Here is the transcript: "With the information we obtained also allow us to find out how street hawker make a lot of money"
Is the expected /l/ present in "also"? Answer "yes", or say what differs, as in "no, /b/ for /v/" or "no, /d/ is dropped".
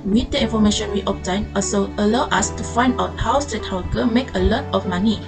no, /l/ is dropped